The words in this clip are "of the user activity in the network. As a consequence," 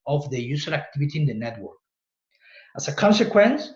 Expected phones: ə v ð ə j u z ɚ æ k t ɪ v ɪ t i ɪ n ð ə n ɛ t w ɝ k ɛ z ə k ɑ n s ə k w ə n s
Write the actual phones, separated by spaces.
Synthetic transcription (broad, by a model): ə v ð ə j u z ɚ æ k t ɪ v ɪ t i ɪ n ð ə n ɛ t w ɝ k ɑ s ə k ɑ n s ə k w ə n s